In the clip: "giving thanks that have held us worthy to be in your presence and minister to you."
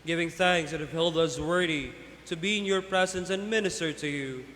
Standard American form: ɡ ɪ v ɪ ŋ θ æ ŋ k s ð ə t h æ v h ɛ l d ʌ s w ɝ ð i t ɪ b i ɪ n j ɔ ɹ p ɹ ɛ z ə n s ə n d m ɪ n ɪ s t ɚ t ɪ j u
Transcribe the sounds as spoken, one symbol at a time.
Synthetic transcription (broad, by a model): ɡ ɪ v ɪ ŋ θ æ ŋ k s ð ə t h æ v h ɛ l d ʌ s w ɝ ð i t ɪ b i ɪ n j ɔ ɹ p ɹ ɛ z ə n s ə n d m ɪ n ɪ s t ɚ t ɪ j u